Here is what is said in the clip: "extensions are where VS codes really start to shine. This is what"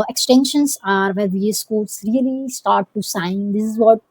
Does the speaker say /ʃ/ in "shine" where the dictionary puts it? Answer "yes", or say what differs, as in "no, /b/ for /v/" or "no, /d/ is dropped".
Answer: no, /s/ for /ʃ/